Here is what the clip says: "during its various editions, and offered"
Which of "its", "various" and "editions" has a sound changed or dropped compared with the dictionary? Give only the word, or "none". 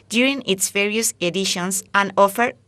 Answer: editions